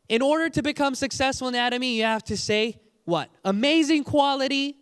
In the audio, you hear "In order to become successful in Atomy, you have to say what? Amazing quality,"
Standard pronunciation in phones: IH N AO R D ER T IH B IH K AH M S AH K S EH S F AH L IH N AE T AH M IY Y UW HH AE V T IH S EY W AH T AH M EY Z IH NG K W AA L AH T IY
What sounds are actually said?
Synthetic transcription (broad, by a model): IH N AO R D ER T IH B IH K AH M S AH K S EH S F L IH N AE T AH M IY Y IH HH AE F T IH S EY W AH T AH M EY Z IH NG K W AA L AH T IY